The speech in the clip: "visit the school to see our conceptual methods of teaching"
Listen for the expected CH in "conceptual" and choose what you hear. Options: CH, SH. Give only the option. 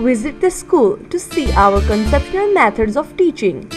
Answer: SH